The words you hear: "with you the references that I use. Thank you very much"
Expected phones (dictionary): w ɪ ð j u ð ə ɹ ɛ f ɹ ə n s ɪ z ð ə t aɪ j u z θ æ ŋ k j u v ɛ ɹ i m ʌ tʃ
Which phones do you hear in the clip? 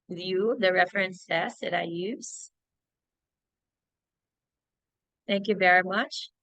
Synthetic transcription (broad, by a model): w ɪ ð j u ð ə ɹ ɛ f ɹ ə n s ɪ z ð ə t aɪ j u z θ æ ŋ k j u v ɛ ɹ i m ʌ tʃ